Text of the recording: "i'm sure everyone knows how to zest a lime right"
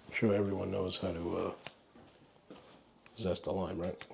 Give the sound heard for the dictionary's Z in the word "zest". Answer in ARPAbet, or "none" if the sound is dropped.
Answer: Z